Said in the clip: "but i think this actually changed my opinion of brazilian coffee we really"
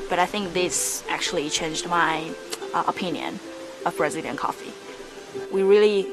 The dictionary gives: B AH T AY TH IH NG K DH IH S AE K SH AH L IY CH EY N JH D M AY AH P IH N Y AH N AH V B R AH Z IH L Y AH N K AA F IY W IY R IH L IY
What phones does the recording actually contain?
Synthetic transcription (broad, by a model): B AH T AY TH IH NG K DH IH S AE K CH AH L IY CH EY N JH D M AY AH P IH N Y AH N AH V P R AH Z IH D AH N K AA F IY W IY R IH L IY